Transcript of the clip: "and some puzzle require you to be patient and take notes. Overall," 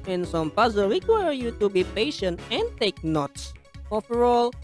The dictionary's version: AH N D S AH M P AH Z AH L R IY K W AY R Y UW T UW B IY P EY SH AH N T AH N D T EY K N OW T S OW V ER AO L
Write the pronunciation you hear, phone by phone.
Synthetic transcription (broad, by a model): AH N S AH M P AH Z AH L W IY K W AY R Y UW T UW B IY P EY SH AH N T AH N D T EY K N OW T S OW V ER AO L